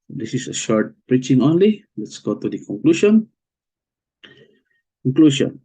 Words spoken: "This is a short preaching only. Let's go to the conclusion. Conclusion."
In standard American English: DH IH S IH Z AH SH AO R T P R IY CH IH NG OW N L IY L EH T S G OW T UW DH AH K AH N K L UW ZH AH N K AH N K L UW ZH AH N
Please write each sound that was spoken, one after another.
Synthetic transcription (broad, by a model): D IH S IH S AH SH AO R T P R IY CH IH NG OW N L IY L EH T S G OW T UW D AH K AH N K L UW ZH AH N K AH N K L UW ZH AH N